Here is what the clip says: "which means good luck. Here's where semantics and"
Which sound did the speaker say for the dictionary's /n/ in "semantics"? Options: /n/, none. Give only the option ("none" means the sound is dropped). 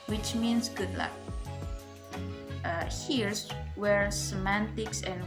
/n/